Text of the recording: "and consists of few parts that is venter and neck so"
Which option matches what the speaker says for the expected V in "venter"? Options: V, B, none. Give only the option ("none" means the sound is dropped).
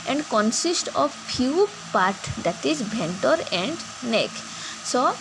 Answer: B